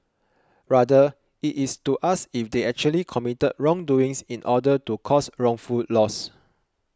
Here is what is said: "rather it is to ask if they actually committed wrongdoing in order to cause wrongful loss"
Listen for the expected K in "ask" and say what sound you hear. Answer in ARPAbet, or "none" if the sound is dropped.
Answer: none